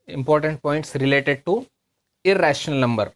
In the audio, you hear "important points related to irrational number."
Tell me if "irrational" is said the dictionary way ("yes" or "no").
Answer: yes